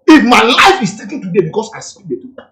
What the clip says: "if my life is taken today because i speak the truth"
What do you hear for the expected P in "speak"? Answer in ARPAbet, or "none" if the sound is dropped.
none